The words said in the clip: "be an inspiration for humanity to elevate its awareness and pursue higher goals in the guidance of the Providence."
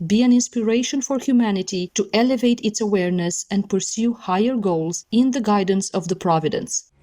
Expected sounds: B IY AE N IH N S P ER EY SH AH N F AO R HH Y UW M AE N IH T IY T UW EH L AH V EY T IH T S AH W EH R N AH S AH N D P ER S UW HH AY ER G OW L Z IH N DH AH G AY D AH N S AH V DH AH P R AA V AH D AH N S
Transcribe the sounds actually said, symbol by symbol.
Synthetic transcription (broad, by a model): B IY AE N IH N S P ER EY SH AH N F AO R HH Y UW M AE N IH T IY T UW EH L AH V EY T IH T S AH W EH R N AH S AH N D P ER S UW HH AY ER G OW L Z IH N DH AH G AY D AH N S AH V DH AH P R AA V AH D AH N S